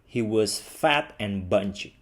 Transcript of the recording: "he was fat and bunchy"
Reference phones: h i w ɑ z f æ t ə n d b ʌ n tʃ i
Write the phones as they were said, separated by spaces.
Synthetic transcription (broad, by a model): h i w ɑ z f æ t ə n b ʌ n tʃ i